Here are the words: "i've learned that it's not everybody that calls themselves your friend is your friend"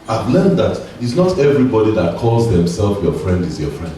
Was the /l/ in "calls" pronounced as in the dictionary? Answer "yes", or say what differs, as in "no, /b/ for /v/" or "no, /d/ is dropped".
yes